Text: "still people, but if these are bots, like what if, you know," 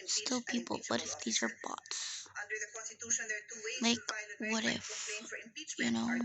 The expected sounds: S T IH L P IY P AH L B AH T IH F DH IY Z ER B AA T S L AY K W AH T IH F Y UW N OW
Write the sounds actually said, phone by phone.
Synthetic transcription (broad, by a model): S T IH L P IY P L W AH T IH F DH IY Z ER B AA T S L AY K W AH T IH F Y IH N OW